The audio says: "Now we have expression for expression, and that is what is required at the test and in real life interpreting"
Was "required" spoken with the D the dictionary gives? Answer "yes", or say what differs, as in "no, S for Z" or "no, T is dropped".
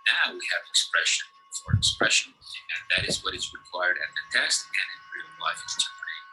yes